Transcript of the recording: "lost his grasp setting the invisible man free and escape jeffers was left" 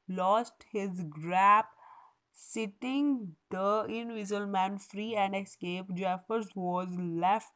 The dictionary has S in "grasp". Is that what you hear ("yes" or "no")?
no